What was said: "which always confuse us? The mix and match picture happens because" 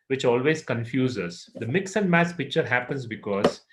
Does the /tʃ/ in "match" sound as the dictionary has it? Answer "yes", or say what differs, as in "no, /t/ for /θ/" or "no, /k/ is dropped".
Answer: no, /s/ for /tʃ/